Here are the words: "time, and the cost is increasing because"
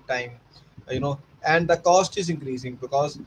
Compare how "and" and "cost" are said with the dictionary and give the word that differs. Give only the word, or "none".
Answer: none